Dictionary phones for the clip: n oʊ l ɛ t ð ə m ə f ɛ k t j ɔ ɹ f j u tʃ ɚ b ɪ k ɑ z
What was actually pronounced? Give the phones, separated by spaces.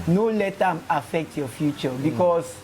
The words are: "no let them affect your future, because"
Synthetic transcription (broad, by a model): n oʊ l ɛ t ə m ə f ɛ k t j ɔ f j u tʃ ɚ b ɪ k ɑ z